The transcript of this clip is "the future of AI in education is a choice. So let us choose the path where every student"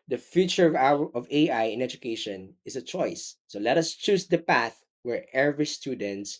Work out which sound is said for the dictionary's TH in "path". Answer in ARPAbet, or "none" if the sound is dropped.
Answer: TH